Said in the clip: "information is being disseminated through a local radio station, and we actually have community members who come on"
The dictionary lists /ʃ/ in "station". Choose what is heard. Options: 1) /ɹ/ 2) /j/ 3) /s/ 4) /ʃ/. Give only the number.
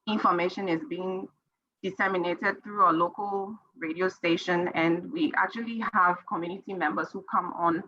4